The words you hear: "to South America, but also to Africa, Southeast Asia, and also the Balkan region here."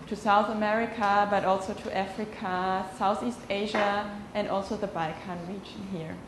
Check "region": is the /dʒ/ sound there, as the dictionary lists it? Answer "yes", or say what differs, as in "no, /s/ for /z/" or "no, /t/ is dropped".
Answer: yes